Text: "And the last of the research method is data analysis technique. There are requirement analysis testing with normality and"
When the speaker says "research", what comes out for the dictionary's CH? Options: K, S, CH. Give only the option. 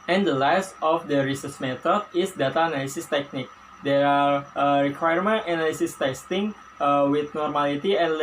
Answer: S